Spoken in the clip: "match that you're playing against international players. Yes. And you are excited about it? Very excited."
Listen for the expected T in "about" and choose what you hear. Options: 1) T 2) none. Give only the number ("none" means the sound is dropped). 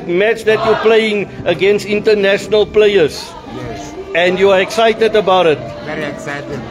2